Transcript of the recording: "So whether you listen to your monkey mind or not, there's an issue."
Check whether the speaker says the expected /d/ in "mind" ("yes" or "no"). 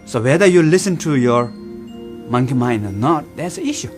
no